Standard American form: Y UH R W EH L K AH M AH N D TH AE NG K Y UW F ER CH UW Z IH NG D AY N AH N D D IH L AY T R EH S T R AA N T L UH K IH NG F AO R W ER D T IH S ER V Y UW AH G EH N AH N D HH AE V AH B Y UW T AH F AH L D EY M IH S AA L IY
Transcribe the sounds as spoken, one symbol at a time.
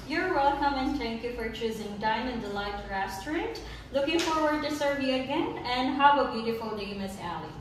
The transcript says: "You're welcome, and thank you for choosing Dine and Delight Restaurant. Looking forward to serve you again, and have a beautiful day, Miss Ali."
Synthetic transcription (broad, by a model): Y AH R W EH L K AH M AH N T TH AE NG K Y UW F ER CH UW Z IH NG D AY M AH N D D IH L AY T R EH S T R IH N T L UH K IH NG F AO R W ER D T IH S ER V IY AH G EH N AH N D HH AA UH AH B Y UW T AH F AH L D EY M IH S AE L IY